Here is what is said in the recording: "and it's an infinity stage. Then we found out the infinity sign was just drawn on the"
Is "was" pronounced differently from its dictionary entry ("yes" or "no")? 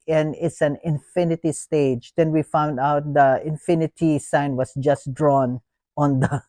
yes